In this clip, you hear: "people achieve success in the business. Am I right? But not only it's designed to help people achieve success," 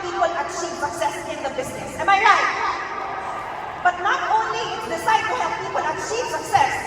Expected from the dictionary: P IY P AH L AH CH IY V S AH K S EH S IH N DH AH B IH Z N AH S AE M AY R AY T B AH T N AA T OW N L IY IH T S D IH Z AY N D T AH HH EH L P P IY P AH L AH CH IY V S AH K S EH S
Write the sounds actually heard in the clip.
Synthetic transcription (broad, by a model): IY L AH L AH CH IY V S AH K S EH S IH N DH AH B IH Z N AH S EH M AY R AY T B AH T N AA T OW N L IY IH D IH S AY D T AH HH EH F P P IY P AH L AH CH IY V S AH K S EH S